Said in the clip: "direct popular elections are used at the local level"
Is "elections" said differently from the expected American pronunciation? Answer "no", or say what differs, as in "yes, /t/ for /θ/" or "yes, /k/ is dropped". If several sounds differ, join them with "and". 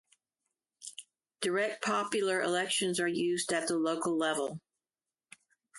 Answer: no